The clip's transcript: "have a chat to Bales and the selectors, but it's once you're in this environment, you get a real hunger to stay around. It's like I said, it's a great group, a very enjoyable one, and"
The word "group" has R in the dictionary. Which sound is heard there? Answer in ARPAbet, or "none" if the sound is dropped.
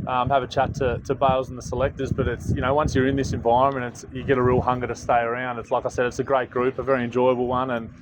R